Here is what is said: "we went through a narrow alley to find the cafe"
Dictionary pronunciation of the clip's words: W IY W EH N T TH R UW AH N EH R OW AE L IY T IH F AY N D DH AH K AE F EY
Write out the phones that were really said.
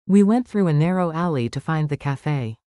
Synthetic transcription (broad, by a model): W IY W EH N TH R UW AH N EH R OW AE L IY T IH F AY N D DH AH K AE F EY